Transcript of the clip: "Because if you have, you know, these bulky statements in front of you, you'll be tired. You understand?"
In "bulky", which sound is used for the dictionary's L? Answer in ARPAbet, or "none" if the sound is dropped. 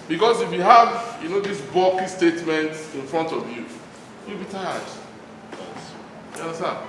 none